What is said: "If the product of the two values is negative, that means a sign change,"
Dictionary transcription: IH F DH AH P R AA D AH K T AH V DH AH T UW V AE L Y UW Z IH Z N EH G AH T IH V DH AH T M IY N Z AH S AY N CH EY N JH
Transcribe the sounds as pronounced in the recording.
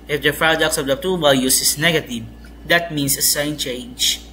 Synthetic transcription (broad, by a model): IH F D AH P R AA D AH K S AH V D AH T UW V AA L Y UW S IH S N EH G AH T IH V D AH T M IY N S AH S AY N CH EY N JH